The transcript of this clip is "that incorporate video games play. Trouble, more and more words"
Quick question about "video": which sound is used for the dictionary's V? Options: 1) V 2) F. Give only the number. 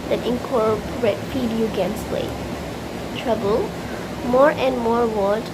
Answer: 2